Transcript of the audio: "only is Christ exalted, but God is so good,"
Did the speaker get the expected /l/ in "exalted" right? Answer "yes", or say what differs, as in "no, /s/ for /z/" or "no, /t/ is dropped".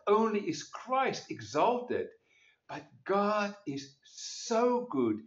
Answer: yes